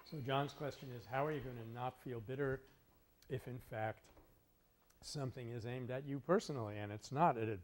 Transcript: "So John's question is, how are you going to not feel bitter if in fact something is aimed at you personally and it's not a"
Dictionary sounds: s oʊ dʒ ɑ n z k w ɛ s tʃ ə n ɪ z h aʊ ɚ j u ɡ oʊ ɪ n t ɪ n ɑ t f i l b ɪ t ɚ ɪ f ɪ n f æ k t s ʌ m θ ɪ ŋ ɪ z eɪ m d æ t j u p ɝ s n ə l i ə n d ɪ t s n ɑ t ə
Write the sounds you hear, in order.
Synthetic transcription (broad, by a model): s oʊ dʒ ɑ n z k w ɛ s tʃ ə n ɪ z h aʊ ɚ j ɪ ɡ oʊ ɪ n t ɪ n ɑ t f i l b ɪ t ɚ ɪ f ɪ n f æ k t s ʌ m θ ɪ ŋ ɪ z eɪ m d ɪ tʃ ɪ p ɝ s n l i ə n ɪ t s n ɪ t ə